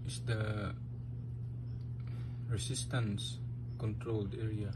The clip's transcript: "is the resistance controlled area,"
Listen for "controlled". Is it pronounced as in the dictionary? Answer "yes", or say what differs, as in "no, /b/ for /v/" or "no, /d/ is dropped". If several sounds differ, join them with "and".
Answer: yes